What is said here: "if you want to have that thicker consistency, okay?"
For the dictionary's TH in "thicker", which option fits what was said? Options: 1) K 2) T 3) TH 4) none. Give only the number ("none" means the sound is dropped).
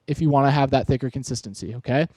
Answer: 3